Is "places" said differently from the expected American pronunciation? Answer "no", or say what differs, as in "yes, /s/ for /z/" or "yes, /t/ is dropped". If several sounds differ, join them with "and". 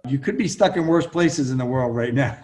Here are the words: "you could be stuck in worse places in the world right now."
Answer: no